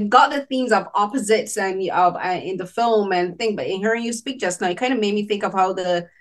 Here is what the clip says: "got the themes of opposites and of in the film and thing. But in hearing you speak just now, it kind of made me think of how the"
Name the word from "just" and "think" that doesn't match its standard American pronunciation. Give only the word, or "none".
none